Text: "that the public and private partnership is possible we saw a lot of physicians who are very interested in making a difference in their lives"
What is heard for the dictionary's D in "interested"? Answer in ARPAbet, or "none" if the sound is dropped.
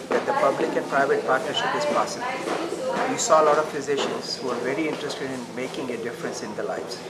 D